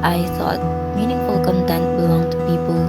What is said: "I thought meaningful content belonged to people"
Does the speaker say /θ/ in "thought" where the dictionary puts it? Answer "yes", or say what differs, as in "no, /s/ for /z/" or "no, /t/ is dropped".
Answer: no, /s/ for /θ/